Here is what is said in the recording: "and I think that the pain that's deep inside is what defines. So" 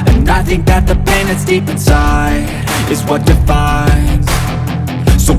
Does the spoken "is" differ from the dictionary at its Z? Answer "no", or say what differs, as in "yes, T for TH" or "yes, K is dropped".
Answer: no